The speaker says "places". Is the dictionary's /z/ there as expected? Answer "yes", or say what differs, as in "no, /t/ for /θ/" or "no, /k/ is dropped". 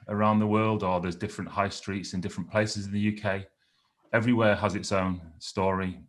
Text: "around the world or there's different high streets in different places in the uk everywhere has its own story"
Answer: yes